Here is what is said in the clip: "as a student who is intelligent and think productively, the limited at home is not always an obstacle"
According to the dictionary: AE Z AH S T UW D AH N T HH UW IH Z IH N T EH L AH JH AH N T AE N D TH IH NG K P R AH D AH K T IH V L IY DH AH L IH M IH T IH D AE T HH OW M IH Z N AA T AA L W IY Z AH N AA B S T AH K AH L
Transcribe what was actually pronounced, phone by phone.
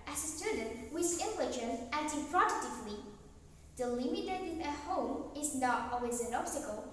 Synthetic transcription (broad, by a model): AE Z AH S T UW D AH N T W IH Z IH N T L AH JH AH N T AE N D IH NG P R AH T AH T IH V L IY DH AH L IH M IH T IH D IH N HH OW M IH Z N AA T AA L W IY Z AH N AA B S T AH K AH L